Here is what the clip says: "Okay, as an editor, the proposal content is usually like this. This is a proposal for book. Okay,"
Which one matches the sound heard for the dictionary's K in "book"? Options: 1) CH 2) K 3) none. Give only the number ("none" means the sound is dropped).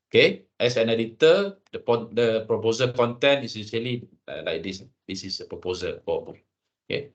3